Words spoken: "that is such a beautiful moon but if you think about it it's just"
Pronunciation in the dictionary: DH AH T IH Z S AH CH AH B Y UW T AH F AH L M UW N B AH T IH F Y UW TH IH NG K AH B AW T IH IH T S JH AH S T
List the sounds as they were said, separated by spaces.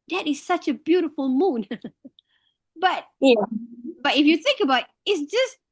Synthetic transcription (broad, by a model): DH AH T IH Z S AH CH AH B Y UW T AH F AH L M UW N B AH T IH F Y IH TH IH NG K AH B AW T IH IH T S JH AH S T